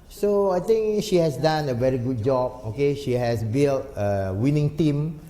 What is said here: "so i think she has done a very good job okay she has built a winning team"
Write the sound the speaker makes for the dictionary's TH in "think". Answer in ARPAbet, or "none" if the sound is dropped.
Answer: T